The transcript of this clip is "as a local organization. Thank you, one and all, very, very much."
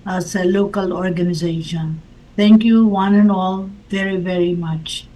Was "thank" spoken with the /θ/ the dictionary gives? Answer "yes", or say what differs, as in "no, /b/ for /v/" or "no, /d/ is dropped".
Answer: no, /t/ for /θ/